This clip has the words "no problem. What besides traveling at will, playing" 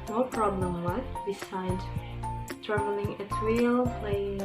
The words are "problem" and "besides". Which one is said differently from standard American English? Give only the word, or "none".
besides